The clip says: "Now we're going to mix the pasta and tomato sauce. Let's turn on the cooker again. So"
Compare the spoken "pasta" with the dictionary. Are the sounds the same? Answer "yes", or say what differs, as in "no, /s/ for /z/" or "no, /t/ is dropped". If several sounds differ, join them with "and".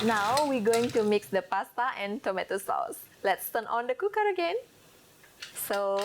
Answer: yes